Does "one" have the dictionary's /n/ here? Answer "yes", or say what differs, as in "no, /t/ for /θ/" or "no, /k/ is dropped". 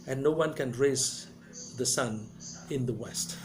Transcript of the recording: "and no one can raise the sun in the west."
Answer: yes